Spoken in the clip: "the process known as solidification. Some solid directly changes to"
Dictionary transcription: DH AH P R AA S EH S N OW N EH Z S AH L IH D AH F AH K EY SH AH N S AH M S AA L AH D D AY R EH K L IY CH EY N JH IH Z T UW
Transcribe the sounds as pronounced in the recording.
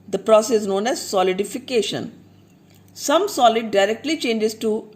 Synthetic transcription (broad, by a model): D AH P R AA S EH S N OW N EH Z S AH L IH D AH F AH K EY SH AH N S AH M S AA L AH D D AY R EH K L IY CH EY N JH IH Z T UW